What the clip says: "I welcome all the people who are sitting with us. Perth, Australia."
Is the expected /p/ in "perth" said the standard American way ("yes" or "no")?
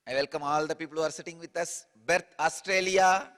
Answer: no